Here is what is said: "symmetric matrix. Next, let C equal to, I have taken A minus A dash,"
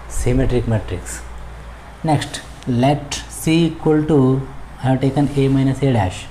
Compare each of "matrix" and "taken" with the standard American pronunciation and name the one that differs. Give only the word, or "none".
none